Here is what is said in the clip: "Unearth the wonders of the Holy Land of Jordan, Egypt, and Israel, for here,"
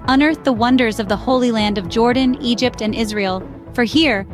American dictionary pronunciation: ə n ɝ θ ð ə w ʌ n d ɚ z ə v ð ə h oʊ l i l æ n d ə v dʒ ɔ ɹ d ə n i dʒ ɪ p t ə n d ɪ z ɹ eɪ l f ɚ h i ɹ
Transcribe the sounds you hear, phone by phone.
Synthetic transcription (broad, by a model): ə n ɝ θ ð ə w ʌ n d ɚ z ə v ð ə h oʊ l i l æ n d ə v dʒ ɔ ɹ d n i dʒ ɪ p t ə n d ɪ z ɹ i l f ɚ h i ɹ